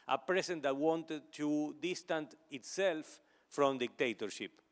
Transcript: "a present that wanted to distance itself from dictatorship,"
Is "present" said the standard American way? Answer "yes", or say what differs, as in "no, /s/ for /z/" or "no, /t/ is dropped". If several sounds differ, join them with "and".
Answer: no, /s/ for /z/